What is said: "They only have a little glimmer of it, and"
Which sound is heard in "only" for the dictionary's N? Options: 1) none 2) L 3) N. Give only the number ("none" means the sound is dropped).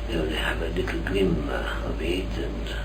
1